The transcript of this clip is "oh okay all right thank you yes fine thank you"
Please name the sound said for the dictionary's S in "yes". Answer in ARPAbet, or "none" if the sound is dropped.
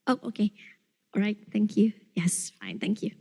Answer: S